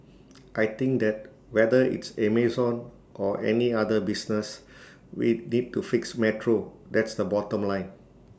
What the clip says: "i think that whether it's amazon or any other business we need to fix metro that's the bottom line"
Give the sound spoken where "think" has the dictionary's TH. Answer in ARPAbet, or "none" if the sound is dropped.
T